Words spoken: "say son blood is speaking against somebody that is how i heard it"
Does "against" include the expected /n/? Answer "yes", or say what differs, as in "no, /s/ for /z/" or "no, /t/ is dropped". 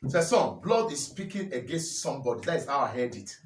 yes